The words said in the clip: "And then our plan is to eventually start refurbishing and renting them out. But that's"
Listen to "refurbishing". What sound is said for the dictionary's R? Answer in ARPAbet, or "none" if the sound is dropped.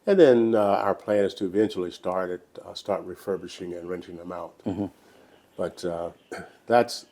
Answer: R